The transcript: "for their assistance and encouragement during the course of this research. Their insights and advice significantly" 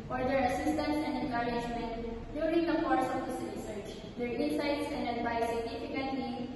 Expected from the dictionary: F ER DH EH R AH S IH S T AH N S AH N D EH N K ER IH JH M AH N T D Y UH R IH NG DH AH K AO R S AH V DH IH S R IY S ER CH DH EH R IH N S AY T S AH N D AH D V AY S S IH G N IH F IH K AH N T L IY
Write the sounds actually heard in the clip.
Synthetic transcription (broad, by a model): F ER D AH R AH S IH S T AH N S AH N D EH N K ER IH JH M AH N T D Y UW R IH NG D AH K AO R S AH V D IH S R IY S ER CH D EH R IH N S AY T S AH N D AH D B AY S S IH G N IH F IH K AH N T L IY